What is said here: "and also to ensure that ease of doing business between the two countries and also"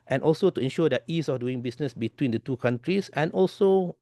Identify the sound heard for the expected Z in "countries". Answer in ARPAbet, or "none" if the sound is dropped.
S